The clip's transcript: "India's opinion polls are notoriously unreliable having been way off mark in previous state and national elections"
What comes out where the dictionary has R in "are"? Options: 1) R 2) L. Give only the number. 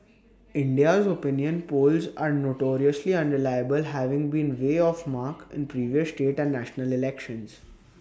1